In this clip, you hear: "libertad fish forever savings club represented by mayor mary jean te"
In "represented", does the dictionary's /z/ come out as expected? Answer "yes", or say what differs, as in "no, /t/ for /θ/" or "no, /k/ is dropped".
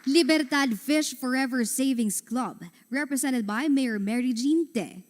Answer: no, /s/ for /z/